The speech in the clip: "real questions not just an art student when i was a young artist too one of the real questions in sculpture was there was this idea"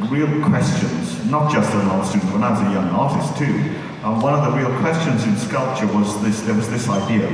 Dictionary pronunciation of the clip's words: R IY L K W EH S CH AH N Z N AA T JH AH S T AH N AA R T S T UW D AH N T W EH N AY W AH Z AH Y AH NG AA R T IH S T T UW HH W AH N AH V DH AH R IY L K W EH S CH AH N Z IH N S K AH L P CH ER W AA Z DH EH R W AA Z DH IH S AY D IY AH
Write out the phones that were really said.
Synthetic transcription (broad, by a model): R IY L K W EH S CH AH N Z N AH T JH AH S T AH L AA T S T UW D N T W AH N AY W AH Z AH Y AH NG AA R T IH S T T UW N W AH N AH V DH AH R IY L K W EH S CH AH N Z IH N S K AH L P CH ER W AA Z DH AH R W AA Z DH IH S AY D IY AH